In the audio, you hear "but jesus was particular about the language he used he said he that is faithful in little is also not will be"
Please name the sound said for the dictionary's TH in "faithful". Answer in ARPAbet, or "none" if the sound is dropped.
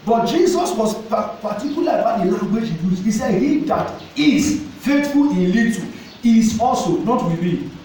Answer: T